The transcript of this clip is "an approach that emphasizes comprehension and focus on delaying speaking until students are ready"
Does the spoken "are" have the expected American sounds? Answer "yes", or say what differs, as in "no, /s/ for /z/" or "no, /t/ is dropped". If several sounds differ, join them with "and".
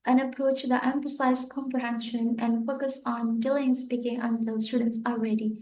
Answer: no, /l/ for /ɹ/